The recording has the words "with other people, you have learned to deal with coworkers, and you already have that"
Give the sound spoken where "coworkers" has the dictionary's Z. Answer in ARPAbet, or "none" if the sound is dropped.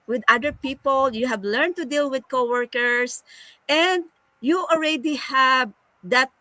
S